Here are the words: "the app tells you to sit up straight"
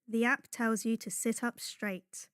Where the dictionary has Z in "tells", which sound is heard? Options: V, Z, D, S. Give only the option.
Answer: Z